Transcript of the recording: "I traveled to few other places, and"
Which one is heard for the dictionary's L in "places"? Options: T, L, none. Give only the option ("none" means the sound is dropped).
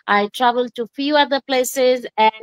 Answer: L